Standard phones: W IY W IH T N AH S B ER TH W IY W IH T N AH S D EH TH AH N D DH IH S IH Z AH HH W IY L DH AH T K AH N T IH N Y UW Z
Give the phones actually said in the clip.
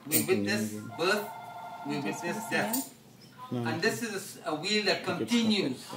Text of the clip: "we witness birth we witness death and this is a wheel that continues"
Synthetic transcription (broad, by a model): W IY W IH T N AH S B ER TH W IY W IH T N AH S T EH F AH N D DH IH S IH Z AH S W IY L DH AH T K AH N T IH N Y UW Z